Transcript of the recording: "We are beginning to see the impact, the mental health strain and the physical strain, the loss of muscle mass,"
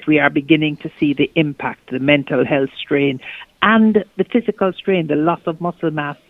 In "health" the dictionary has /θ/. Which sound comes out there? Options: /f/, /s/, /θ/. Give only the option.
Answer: /θ/